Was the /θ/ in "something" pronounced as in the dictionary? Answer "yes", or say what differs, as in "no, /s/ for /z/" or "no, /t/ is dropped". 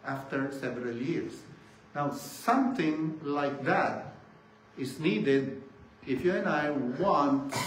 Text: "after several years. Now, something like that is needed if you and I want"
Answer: no, /t/ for /θ/